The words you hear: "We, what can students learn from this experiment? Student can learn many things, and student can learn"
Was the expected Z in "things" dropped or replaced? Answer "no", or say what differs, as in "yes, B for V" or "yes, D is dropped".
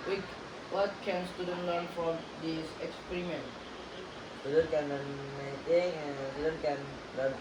yes, Z is dropped